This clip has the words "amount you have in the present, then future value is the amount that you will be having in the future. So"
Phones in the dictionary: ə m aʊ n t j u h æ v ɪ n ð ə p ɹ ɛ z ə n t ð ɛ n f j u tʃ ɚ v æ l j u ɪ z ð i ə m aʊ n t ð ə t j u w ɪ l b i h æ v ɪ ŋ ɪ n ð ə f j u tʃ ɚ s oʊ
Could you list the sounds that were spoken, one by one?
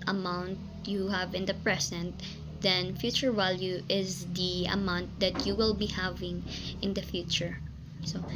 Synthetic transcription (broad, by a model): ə m aʊ n t j u h æ v ɪ n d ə p ɹ ɛ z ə n t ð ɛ n f j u tʃ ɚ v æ l j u ɪ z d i ə m aʊ n t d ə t j u w ɪ l b i h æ v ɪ ŋ ɪ n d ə f j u tʃ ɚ s oʊ